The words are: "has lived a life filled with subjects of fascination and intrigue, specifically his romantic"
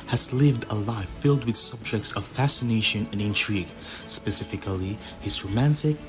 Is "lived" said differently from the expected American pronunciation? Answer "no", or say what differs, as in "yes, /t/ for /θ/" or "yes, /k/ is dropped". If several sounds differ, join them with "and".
no